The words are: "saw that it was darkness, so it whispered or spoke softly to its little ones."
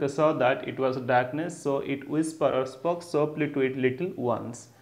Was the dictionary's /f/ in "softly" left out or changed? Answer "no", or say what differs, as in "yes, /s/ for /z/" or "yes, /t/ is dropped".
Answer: yes, /p/ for /f/